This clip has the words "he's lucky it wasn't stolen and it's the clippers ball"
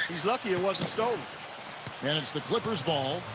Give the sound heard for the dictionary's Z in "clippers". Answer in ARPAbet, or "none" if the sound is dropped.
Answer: Z